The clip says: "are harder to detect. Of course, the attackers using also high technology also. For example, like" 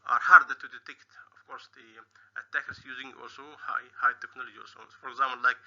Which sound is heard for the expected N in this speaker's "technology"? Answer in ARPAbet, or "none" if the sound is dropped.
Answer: N